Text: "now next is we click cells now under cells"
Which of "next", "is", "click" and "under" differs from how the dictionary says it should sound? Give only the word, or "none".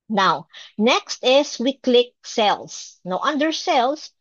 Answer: is